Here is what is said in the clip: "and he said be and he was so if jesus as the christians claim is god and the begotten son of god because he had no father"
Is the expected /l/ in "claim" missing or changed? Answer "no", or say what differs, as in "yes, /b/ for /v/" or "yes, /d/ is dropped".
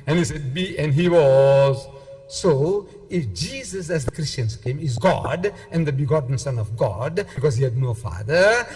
yes, /l/ is dropped